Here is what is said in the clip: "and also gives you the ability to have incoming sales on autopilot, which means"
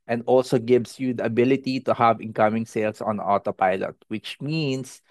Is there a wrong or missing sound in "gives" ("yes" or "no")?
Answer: yes